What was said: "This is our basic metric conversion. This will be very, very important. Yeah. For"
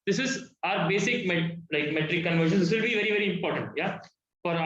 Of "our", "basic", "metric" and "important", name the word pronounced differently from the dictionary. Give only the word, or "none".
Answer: metric